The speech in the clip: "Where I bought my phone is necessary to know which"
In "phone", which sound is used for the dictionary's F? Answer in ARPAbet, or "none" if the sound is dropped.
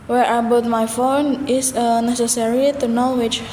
F